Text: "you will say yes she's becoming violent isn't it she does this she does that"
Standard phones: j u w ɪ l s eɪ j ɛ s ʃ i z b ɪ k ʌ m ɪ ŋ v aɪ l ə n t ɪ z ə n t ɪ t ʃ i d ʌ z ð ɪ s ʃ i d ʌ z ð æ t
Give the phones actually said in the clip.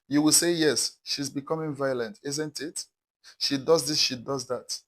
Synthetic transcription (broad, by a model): j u w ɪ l s eɪ j ɛ s ʃ i z b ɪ k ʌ m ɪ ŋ v aɪ l ə n t ɪ z ə n t ɪ t ʃ i d ʌ z ð ɪ s ʃ i d ʌ z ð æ t